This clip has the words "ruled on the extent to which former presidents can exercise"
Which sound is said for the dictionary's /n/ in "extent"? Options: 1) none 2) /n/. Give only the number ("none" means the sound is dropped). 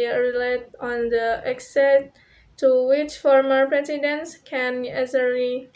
1